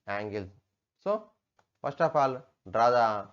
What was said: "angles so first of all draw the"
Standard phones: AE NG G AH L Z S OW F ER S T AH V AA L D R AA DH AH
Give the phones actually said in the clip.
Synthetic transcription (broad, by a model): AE NG G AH L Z S OW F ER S T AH P AA L D R AA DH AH